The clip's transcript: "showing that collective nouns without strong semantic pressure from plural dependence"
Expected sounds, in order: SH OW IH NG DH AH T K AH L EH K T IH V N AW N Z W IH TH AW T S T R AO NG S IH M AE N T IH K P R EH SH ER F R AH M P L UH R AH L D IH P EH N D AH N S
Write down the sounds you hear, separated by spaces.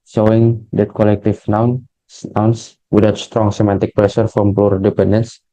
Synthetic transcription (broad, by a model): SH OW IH NG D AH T K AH L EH K T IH F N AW N S W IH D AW T S T R AO NG S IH M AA N T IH K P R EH S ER F R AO M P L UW R D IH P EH N D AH N S